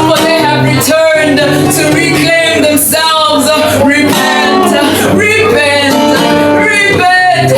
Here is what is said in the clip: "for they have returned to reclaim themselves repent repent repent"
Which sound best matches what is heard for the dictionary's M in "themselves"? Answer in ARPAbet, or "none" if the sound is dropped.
M